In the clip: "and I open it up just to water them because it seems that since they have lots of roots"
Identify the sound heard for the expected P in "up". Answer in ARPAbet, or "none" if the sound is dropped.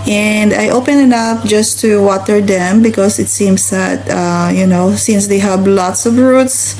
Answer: F